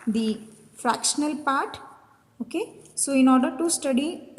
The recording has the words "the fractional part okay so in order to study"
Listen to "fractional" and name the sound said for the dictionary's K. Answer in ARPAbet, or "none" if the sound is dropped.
K